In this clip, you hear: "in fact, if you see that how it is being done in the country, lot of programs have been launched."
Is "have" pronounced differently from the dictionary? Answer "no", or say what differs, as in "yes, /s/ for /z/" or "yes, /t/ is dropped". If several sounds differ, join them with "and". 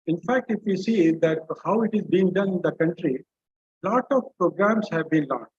no